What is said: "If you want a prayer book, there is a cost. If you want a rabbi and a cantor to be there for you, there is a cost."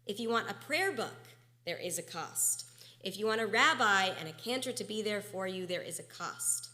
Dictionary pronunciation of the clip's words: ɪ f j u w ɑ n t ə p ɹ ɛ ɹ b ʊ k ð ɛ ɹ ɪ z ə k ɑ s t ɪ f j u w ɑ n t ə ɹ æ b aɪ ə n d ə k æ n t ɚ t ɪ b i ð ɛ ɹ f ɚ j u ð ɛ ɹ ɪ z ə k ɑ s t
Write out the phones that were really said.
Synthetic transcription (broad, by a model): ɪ f j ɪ w ɑ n t ə p ɹ ɛ ɹ b ʊ k ð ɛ ɹ ɪ z ə k ɑ s t ɪ f j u w ɑ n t ə ɹ æ b aɪ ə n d ə k æ n t ɚ t ɪ b i ð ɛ ɹ f ɚ j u ð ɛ ɹ ɪ z ə k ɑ s t